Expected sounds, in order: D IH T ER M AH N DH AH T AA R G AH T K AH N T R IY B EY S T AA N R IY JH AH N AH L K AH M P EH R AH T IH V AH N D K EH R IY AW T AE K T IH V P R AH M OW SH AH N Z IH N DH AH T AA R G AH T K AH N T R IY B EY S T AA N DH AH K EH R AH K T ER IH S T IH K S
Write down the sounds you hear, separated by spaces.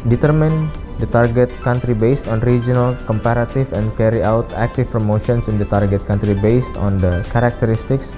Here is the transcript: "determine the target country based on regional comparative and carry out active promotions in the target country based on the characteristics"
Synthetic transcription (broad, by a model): D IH T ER M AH N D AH T AA R G AH T K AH N T R IY B EY S T AA N R IY JH AH N AH L K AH M P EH R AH T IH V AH N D K EH R IY AW T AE K T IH F P R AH M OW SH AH N S IH N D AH T AA R G AH T K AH N T R IY B EY S T AA N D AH K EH R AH K T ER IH S T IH K S